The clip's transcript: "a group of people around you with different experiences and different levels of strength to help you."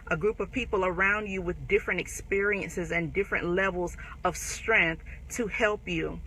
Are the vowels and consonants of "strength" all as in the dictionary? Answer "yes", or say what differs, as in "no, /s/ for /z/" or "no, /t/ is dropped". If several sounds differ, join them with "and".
yes